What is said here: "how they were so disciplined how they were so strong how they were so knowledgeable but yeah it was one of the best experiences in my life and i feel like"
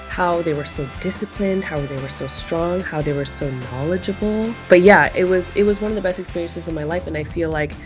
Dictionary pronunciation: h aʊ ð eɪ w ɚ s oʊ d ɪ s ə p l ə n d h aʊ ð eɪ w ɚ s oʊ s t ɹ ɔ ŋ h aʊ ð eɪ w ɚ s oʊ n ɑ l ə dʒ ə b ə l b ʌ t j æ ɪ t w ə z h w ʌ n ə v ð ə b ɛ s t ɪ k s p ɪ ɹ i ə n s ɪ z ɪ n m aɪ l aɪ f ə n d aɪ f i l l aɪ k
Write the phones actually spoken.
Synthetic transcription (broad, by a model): h aʊ ð eɪ w ɚ s oʊ d ɪ s ə p l ə n d h aʊ ð eɪ w ɚ s oʊ s t ɹ ɔ ŋ h aʊ ð eɪ w ɚ s oʊ n ɑ l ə dʒ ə b l b ʌ t j æ ɪ t w ə z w w ʌ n ə v ð ə b ɛ s t ɪ k s p ɪ ɹ i ə n s ɪ z ɪ n m aɪ l aɪ f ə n aɪ f i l l aɪ k